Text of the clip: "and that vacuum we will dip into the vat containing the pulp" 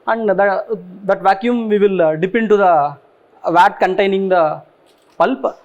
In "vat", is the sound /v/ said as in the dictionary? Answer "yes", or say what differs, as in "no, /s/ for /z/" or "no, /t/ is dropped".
yes